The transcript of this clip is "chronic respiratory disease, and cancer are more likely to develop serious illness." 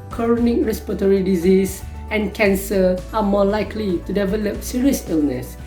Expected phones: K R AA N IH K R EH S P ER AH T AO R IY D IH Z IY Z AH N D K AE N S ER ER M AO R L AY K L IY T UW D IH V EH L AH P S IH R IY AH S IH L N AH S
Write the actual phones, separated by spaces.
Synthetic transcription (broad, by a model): K R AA N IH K R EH S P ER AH T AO R IY D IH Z IY S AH N K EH N S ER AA M AO L AY K L IY T UW D IH V EH L AH P S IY R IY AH S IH L N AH S